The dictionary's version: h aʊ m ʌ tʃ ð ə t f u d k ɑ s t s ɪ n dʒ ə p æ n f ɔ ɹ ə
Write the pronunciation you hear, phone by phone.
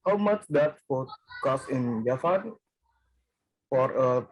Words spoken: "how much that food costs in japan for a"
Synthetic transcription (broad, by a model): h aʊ m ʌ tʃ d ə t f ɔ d k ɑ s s ɪ n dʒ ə f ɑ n f ɔ ɹ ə